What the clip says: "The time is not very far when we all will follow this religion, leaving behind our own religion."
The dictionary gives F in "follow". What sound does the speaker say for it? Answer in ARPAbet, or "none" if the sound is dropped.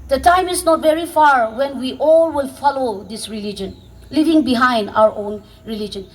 F